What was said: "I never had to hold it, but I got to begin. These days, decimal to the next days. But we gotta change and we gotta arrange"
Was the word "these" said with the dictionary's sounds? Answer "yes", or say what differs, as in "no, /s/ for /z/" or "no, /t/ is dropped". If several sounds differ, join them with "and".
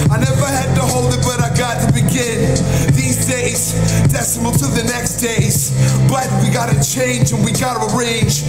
yes